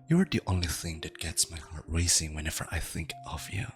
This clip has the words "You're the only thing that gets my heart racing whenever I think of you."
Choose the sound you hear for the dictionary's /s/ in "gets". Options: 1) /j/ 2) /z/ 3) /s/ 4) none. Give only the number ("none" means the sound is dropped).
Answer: 3